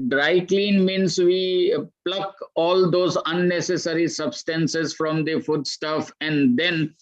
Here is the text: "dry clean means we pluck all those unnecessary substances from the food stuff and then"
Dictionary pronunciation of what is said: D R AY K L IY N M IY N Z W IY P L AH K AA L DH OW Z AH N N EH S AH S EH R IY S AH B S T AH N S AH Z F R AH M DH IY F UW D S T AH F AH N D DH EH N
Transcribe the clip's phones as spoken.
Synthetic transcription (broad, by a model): D R AY K L IY N M IY N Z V IY P L AH K AA L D OW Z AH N N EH S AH S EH R IY S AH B S T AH N S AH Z F R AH M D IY F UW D S T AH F AH N D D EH N